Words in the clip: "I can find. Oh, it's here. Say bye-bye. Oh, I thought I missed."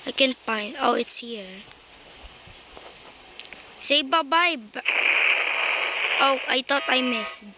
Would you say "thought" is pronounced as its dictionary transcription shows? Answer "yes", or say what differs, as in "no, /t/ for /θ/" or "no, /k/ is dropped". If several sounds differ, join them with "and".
no, /t/ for /θ/